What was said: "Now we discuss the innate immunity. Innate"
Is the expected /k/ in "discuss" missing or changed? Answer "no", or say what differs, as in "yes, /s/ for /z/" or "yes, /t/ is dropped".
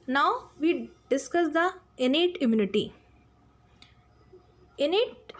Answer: no